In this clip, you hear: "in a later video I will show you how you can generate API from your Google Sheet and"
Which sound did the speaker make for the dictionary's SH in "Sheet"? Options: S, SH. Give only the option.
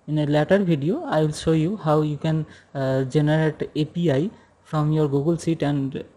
S